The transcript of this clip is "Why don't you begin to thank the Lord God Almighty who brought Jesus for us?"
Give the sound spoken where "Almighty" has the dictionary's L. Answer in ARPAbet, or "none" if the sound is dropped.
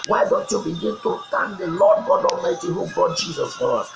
none